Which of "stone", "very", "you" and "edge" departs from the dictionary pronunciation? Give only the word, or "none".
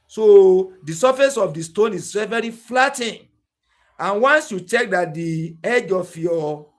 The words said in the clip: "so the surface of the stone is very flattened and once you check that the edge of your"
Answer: none